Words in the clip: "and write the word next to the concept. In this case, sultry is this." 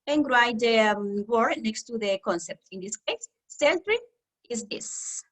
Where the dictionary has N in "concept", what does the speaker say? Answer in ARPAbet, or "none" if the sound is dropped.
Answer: N